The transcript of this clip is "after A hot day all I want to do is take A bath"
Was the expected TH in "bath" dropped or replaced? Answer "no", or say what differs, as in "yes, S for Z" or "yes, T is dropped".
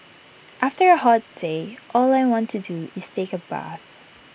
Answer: no